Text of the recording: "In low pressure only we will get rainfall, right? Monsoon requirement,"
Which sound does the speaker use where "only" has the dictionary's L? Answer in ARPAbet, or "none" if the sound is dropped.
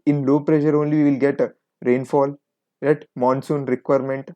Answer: L